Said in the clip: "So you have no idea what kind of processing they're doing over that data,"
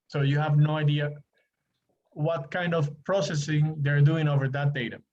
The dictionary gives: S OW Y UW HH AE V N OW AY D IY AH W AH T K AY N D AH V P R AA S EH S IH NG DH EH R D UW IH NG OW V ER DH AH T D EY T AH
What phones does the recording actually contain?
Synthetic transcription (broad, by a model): S OW Y UW HH AE V N OW AY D IY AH W AH T K AY N D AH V P R AA S EH S IH NG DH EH R D UW IH NG OW V ER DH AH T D EY T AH